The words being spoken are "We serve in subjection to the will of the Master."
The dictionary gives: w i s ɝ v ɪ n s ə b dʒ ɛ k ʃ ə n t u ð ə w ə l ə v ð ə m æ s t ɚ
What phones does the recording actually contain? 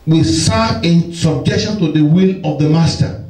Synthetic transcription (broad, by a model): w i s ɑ ɪ n s ə b dʒ ɛ k ʃ ə n t u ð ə w ə l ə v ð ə m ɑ s t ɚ